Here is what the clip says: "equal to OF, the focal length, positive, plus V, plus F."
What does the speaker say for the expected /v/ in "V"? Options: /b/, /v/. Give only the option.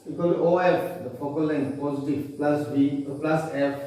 /b/